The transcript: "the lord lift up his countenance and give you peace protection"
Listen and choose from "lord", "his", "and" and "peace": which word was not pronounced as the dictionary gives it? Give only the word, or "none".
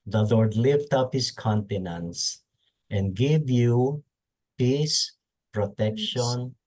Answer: his